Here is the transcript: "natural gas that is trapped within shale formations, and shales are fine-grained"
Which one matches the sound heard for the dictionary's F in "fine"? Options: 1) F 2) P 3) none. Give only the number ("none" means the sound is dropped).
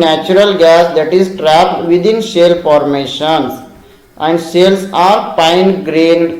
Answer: 2